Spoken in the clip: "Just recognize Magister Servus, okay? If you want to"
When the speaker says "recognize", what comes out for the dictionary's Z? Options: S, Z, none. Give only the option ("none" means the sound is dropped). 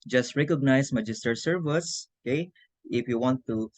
S